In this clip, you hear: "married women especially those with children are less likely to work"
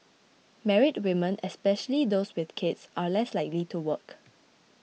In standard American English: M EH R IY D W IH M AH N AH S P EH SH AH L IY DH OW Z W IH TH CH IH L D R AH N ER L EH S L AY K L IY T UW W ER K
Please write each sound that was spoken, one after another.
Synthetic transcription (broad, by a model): M EH R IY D W IH M AH N AH S P EH SH AH L IY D OW S W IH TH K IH D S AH L EH S L AY K L IY T UW W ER K